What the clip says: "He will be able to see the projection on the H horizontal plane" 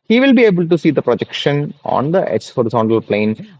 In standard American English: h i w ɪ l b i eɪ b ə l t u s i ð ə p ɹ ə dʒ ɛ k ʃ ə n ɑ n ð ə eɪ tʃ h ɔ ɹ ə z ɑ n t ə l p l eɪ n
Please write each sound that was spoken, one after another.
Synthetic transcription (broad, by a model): h i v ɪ l b i eɪ b ə l t u s i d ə p ɹ ə dʒ ɛ k ʃ ə n ɑ n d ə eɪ s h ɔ ɹ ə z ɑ n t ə l p l eɪ n